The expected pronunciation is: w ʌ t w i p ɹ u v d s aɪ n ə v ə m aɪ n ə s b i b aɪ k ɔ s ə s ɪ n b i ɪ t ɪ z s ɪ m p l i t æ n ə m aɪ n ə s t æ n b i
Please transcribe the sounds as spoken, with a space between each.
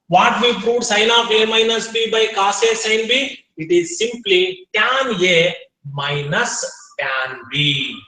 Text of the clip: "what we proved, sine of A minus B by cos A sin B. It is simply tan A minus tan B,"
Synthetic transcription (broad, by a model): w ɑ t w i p ɹ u d s aɪ n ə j ə m aɪ n ə s b i b aɪ k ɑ s ə s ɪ n b i ɪ t ɪ z s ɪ m p l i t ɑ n ə m aɪ n ə s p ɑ n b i